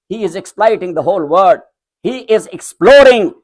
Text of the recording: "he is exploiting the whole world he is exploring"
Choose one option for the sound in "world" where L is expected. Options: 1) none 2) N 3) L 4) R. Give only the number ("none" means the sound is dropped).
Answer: 1